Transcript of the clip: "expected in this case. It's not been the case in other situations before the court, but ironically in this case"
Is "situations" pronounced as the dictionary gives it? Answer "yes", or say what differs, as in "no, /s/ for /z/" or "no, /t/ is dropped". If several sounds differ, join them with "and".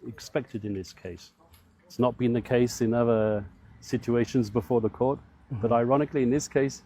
yes